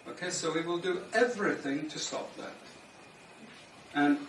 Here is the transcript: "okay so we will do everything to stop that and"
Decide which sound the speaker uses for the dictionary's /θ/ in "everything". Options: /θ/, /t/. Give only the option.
/θ/